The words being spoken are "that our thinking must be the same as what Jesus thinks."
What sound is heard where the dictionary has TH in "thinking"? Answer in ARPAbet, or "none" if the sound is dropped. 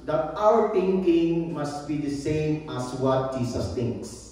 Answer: T